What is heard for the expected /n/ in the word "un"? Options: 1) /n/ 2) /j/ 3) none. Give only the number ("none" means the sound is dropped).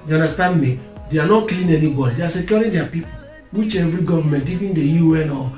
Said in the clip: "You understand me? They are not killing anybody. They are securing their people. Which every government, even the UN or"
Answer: 1